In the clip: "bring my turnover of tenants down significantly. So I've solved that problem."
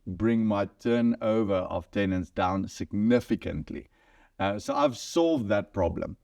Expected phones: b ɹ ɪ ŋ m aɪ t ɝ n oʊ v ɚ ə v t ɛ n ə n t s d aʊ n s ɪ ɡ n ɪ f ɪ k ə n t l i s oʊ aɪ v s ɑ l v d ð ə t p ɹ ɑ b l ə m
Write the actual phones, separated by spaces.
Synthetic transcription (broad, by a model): b ɹ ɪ ŋ m aɪ t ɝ n oʊ v ɚ ə v t ɛ n ə n t s d aʊ n s ɪ ɡ n ɪ f ɪ k ə n t l i s oʊ aɪ v s ɑ l v d ð ə t p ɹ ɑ b l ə m